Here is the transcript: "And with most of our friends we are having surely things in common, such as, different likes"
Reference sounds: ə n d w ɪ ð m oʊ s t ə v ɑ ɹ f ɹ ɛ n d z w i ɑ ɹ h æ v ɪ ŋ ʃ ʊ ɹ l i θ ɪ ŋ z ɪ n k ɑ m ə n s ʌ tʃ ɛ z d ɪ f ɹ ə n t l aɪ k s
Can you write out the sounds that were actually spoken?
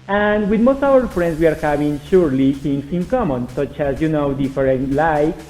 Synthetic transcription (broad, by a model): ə n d w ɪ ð m oʊ s t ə w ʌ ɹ f ɹ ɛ n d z w i ɑ ɹ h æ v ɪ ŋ ʃ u ɹ l i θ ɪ ŋ s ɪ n k ɑ m ə n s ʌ tʃ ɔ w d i f ɹ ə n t l aɪ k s